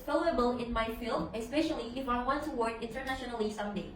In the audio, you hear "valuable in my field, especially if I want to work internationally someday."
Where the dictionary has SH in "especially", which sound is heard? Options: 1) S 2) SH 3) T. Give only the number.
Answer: 2